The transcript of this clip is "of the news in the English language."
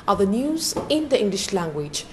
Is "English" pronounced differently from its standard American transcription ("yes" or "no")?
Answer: no